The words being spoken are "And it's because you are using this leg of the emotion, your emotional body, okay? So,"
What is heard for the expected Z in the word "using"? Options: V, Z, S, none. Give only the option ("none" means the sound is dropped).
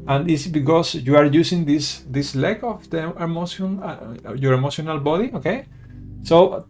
S